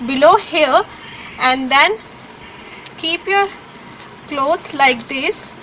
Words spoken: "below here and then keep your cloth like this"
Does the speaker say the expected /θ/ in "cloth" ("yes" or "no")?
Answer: no